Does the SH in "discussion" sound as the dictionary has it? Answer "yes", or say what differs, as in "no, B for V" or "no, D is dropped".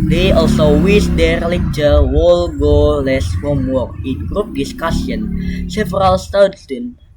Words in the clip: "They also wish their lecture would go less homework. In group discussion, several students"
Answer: no, S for SH